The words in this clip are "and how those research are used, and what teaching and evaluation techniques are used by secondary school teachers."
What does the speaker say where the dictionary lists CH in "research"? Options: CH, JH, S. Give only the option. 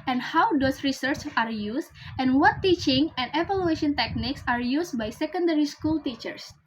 CH